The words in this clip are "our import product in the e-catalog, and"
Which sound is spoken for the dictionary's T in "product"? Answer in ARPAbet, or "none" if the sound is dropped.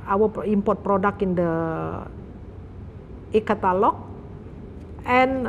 none